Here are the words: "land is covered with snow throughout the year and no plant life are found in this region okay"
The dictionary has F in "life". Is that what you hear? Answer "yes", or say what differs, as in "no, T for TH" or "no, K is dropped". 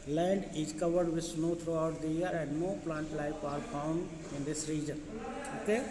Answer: no, P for F